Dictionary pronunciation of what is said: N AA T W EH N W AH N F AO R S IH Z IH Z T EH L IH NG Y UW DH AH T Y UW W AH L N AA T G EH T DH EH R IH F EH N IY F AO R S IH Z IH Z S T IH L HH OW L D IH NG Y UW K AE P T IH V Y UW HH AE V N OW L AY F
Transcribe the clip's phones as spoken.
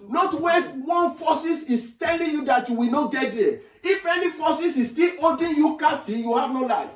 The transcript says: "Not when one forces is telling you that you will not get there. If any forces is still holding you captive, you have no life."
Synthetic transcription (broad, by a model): N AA T W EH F W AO N F AO S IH S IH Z T EH L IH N Y UW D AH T Y UW W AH N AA G EH T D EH IH F EH N IY F AO S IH S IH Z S T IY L OW D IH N Y UW K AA T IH Y UW HH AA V N OW L AY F